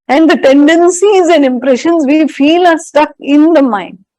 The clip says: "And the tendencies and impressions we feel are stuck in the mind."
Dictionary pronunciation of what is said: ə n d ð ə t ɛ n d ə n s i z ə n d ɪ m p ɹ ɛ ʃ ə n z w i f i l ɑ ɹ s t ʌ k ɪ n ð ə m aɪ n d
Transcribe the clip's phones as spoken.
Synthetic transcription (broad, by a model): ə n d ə t ɛ n d ə n s i z ə n d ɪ m p ɹ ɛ ʃ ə n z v i f i l ɑ ɹ s t ʌ k ɪ n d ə m aɪ n d